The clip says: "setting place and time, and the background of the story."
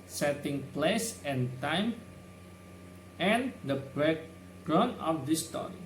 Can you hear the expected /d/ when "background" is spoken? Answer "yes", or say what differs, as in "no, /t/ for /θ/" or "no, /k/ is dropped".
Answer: no, /d/ is dropped